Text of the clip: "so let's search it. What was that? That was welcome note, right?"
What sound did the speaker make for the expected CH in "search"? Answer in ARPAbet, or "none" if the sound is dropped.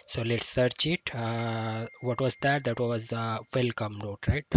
CH